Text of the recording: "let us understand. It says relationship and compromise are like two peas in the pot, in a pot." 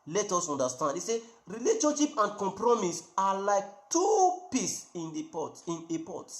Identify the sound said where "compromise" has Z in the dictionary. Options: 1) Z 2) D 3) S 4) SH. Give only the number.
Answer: 3